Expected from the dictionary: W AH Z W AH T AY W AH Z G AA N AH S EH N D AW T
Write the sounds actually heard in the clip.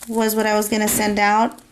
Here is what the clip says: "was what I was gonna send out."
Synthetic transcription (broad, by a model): W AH Z W AH T AY W AH Z G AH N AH S EH N D AW T